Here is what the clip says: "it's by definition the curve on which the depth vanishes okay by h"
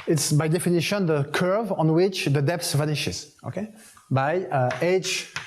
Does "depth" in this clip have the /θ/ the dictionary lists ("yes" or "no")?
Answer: no